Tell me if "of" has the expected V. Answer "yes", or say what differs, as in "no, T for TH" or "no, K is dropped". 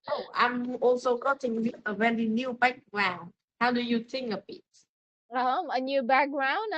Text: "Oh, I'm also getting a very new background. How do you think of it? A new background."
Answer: no, B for V